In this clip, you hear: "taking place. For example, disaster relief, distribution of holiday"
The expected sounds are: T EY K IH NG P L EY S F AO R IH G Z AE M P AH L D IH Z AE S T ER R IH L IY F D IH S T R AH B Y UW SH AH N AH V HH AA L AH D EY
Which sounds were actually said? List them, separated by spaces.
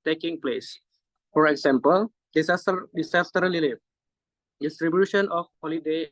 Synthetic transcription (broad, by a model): T EY K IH NG P L EY S F AO R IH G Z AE M P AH L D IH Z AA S S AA R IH L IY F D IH S T R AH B Y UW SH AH N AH F HH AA L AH D EY